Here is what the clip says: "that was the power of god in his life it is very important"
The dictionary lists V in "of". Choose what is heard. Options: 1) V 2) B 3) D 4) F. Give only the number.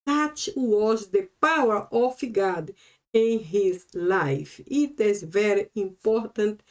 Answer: 4